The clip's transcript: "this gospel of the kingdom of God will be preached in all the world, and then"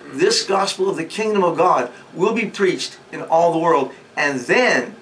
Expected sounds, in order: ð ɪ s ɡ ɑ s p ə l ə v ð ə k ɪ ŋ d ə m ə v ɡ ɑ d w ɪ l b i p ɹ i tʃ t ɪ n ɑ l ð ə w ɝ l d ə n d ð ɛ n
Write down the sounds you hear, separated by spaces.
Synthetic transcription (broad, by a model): ð ɪ s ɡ ɑ s p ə l ə v ð ə k ɪ ŋ d ə m ə v ɡ ɑ d w ɪ l b i p ɹ i tʃ t ɪ n ɑ l ð ə w ɝ l d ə n ð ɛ n